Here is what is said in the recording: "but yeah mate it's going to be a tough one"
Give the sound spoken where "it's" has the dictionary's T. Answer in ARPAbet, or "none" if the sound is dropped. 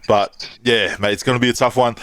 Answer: T